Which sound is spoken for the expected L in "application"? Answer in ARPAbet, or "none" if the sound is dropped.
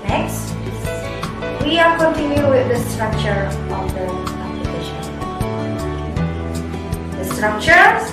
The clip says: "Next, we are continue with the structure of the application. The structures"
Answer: none